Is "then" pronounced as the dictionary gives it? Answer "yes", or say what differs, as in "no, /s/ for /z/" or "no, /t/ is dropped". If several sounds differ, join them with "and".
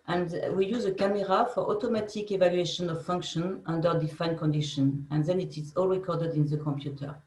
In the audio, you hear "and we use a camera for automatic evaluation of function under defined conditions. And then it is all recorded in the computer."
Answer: yes